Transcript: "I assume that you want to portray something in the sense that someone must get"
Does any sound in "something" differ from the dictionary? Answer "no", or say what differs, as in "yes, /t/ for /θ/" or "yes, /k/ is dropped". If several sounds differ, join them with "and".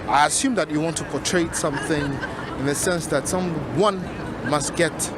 no